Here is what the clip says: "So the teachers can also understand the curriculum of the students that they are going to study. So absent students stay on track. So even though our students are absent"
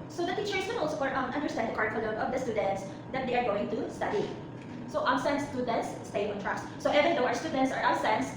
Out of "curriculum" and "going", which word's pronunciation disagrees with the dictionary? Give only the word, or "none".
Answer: curriculum